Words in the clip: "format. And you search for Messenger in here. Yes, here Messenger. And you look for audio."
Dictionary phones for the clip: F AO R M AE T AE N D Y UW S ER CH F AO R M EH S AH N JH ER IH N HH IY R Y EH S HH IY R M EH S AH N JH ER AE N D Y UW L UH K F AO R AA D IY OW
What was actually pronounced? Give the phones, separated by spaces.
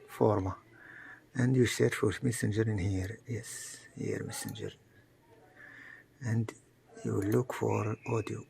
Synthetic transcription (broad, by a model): F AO R M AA T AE N D Y UW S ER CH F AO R M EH S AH N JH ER IH N HH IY R Y EH S HH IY R M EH S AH N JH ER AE N D Y UW L UH K F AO R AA D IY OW